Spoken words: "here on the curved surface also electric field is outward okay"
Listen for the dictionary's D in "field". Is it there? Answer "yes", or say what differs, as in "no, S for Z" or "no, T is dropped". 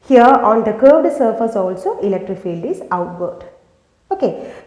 yes